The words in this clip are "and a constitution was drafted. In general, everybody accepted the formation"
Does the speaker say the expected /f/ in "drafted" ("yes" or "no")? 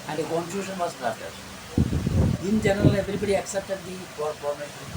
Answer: no